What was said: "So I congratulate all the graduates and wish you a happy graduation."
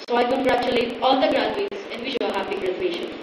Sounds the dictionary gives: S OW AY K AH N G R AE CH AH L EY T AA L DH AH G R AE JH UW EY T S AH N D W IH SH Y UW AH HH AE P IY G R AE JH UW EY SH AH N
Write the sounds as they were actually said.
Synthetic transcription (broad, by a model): S OW AY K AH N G R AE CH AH L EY T AA L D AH G R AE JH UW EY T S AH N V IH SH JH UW AH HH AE B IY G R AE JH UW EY SH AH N